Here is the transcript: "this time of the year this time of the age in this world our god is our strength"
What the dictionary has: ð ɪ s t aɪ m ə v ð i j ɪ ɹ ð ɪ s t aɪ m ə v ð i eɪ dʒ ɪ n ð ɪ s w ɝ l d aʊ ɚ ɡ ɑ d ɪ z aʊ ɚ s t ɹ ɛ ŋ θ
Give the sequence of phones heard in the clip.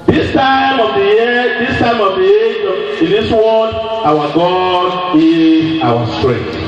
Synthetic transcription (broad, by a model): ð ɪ s t aɪ m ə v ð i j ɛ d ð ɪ s t aɪ m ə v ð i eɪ ɪ n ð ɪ s w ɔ d aʊ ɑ ɡ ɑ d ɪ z aʊ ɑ s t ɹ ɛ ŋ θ